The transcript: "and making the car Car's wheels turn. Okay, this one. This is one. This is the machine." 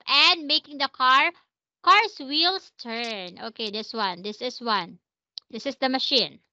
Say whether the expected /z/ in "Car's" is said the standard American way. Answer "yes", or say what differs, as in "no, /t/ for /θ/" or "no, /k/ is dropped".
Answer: no, /s/ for /z/